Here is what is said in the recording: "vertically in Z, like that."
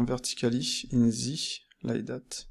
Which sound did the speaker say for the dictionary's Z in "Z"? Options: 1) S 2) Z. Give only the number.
2